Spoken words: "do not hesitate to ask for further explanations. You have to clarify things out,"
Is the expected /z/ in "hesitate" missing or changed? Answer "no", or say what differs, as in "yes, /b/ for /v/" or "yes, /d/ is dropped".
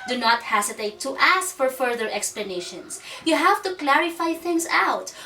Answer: yes, /s/ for /z/